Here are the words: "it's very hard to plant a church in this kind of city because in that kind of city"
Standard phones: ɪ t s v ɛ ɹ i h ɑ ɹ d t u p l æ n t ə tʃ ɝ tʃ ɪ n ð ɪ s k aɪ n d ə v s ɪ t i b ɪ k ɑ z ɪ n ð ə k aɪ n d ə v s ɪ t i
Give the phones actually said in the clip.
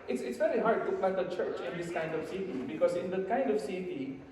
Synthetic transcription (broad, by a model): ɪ t s v ɛ ɹ i h ɑ ɹ d t u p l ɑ t ə tʃ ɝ tʃ ɪ n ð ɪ s k aɪ n d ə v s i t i b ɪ k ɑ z ɪ n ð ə k aɪ n d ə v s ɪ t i